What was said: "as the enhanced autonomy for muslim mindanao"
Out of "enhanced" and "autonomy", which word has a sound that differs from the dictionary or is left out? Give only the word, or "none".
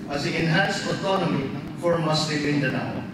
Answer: enhanced